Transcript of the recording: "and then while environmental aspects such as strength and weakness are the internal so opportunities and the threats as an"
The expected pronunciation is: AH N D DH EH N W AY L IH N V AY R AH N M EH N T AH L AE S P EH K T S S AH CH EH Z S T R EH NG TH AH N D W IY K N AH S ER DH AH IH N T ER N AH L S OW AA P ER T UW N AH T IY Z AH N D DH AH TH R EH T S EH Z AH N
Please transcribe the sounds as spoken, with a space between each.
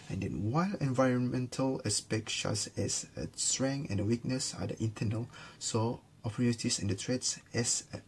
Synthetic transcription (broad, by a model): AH N D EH N W AY L IH N V AY R AH N M EH N T AH L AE S P EH K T SH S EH S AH S T R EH NG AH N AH W IY K N AH S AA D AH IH N T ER N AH L S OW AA P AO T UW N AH T IY S AH N D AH T R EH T S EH S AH